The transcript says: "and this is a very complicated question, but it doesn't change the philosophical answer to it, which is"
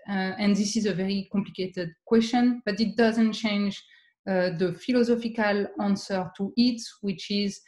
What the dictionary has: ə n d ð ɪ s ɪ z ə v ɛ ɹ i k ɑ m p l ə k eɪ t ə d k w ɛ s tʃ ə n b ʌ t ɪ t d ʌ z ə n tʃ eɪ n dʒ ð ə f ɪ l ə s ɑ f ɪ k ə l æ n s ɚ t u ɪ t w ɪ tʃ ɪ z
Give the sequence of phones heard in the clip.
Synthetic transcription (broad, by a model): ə n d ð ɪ s ɪ z ə v ɛ ɹ i k ɑ m p l ə k eɪ t ə d k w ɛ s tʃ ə n b ʌ t ɪ t d ʌ z ə n tʃ eɪ n dʒ ð ə f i l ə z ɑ f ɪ k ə l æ n s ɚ t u ɪ t w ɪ tʃ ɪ z